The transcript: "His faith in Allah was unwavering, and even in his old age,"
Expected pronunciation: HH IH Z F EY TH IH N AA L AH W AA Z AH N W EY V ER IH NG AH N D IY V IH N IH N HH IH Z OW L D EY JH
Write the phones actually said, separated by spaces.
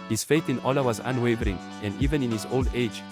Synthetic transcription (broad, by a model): HH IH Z F EY TH IH N AA L AH W AA Z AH N W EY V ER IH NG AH N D IY V IH N IH N HH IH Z OW L D EY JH